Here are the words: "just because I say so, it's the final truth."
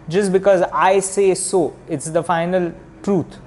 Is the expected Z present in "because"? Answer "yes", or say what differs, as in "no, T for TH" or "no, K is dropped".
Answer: yes